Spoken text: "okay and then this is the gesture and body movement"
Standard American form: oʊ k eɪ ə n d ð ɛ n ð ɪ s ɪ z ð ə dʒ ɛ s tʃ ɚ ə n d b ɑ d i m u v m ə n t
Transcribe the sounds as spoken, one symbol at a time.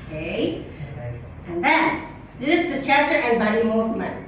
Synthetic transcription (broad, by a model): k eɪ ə n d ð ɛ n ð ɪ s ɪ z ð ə tʃ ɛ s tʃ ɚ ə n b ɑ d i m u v m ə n